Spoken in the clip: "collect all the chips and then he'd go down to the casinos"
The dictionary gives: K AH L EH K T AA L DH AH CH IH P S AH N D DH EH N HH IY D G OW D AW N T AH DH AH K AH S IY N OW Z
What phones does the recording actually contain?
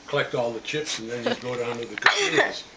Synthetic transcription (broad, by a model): K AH L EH K T AA L DH AH CH IH P S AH N DH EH N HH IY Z G OW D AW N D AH DH AH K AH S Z